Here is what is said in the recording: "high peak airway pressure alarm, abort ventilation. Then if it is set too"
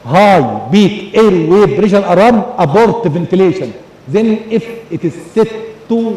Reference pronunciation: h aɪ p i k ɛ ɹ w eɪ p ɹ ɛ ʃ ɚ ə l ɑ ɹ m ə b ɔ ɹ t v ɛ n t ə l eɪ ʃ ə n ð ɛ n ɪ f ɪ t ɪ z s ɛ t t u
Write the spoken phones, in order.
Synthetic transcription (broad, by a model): h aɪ b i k ɛ ɹ w eɪ b ɹ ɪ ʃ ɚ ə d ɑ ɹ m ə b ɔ ɹ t v ɛ n t ə l eɪ ʃ ə n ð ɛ n ɪ f ɪ t ɪ z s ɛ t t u